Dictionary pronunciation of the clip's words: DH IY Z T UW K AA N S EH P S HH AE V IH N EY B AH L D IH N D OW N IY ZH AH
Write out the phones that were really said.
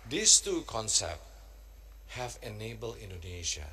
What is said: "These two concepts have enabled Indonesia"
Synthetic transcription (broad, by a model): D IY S T UW K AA N S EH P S HH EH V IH N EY B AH L IH N D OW N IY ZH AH